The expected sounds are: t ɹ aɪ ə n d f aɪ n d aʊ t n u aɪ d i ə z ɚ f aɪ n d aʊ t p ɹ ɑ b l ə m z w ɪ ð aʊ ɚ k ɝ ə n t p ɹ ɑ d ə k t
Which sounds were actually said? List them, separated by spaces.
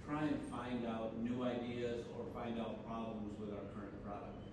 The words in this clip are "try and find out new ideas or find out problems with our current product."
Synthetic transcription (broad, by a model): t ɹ aɪ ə n f aɪ n d aʊ t n u aɪ d i ə z ɚ f aɪ n d aʊ t p ɹ ɑ b l ə m z w ɪ ð aʊ ɚ k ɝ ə n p p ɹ ɑ d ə k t